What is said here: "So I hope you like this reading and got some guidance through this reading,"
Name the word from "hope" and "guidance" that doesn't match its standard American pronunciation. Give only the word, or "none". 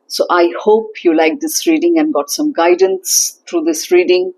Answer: none